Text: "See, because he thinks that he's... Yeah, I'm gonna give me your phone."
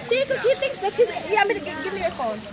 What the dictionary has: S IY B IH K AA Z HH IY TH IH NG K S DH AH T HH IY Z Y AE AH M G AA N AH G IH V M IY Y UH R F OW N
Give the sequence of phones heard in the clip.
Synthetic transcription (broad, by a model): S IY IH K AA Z HH IY TH IH NG K S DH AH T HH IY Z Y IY AH M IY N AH G IH V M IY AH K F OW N